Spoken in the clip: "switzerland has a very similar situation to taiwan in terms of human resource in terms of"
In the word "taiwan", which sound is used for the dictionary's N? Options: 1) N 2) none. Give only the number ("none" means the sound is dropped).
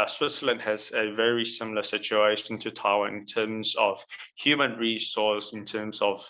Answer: 2